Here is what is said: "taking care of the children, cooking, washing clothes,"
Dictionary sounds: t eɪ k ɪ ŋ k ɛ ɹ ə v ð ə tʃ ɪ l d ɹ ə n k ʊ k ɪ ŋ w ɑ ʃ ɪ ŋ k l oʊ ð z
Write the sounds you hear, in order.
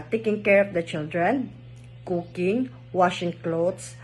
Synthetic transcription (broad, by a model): t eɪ k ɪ ŋ k ɛ ɹ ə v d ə tʃ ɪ l d ɹ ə n k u k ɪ ŋ w ɑ ʃ ɪ ŋ k l oʊ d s